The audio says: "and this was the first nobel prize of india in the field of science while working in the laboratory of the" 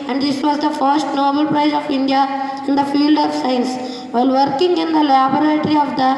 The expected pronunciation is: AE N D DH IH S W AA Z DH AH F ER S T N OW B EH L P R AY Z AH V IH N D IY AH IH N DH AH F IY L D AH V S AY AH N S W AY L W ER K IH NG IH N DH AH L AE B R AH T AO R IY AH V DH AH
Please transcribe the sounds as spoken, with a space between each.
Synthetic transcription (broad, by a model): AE N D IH S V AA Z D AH F ER S T N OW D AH L P R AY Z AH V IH N D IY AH IH N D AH F IY L D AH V S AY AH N S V AY L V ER K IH NG IH N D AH L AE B R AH T R IY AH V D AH